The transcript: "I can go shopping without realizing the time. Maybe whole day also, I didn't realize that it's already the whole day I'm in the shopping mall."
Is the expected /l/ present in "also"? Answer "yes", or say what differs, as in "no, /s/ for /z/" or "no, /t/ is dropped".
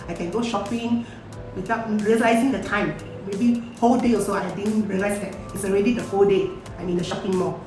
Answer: no, /l/ is dropped